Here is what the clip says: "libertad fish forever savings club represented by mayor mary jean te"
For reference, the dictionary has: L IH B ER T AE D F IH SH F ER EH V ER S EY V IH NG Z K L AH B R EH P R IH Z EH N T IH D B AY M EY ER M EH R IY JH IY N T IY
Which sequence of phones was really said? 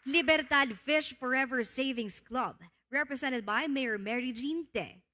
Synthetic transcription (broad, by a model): L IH B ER T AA D F IH SH F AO EH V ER S EY V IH NG S K L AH B R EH P R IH S EH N T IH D B AY M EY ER M EH R IY JH IY N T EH